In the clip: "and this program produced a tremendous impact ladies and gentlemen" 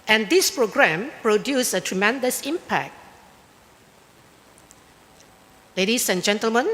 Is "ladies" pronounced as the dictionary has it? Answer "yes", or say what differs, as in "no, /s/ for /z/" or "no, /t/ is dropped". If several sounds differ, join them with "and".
no, /s/ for /z/